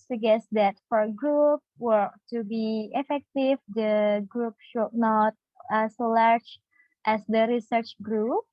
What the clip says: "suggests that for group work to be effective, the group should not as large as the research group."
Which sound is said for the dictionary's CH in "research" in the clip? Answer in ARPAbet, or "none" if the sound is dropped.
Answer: CH